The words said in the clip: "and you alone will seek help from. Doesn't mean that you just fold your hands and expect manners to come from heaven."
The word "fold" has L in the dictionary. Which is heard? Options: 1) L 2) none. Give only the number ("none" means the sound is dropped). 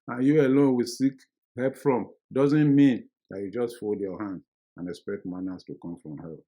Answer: 1